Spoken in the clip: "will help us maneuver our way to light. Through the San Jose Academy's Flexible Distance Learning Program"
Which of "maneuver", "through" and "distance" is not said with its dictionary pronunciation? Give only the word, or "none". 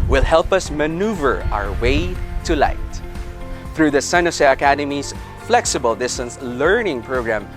none